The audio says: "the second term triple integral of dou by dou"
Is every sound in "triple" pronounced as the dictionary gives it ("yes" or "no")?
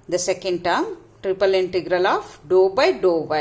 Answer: yes